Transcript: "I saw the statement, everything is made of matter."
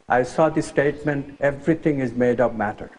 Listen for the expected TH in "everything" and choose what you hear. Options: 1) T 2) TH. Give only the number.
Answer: 1